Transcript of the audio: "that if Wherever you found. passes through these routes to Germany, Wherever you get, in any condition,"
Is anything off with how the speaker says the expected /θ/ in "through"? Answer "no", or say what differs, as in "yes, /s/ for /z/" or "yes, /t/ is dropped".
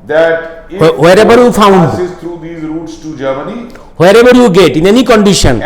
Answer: yes, /t/ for /θ/